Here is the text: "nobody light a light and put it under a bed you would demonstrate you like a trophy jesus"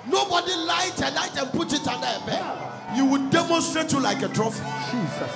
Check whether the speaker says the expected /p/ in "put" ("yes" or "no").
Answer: yes